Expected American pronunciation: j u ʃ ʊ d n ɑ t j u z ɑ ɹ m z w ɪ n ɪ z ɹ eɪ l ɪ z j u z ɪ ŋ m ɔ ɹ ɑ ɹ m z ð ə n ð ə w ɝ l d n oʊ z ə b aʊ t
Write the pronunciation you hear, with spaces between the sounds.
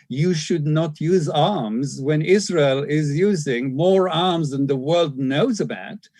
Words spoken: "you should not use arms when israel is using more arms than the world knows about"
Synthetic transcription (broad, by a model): j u ʃ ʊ d n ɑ t j u z ɑ ɹ m z w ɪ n ɪ z ɹ eɪ l ɪ z j u z ɪ ŋ m ɔ ɹ ɑ ɹ m z ð ə n ð ə w ɝ l d n oʊ z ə b aʊ t